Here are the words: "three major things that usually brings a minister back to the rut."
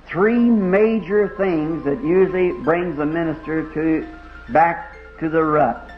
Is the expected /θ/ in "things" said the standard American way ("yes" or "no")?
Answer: yes